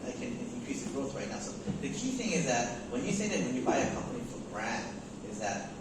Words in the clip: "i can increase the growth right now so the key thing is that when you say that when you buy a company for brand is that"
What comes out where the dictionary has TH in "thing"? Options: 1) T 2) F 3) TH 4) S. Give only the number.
3